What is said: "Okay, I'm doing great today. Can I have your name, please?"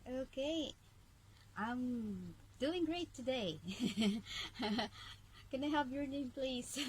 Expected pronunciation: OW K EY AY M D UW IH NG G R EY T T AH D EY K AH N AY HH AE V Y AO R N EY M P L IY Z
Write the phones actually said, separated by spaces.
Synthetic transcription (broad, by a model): OW K EY AY M D UW IH NG G R EY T T AH D EY K AH N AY HH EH P Y AO R N EY M P L IY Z